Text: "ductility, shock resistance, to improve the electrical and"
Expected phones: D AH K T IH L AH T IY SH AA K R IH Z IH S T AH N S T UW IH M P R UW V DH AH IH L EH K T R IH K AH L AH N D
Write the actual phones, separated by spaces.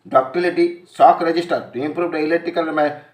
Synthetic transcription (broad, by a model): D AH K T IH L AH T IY S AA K R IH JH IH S T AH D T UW IH M P R UW V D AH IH L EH T IH K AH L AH